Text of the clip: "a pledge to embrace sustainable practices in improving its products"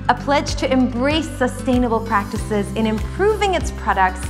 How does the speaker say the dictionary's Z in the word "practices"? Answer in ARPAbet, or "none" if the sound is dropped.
Z